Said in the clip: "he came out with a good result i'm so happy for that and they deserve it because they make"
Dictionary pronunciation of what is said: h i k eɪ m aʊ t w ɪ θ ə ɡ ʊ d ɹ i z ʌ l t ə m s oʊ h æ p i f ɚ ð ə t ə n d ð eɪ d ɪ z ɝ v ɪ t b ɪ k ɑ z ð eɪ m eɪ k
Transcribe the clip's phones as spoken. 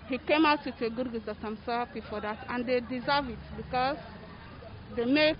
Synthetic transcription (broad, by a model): h i k eɪ m aʊ t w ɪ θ ə ɡ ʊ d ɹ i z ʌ t ə m s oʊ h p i f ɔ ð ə t ə n d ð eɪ d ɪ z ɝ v ɪ t b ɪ k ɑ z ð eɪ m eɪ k